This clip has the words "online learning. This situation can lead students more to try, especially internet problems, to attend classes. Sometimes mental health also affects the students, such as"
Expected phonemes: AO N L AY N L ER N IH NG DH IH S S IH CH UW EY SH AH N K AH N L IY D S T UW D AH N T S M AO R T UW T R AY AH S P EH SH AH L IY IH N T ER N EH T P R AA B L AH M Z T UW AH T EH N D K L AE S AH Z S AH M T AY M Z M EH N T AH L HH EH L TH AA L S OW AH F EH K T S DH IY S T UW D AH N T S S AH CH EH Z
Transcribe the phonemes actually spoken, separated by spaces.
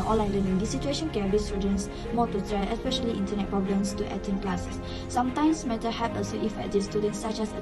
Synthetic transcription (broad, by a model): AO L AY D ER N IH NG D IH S S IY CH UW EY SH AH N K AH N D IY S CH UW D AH N S M AO T UW T R AY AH S P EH SH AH L IY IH N T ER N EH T P R AA B L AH M S T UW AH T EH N K L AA S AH S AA M T AY M S M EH T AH HH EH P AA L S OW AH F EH T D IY S T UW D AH N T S S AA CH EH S